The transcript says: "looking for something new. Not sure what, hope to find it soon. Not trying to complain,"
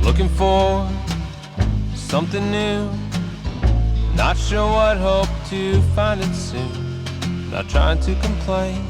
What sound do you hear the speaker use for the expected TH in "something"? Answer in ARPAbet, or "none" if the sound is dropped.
TH